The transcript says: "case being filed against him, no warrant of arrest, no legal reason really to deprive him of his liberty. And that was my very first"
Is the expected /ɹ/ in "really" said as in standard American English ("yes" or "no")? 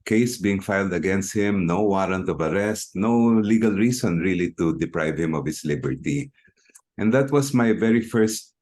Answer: yes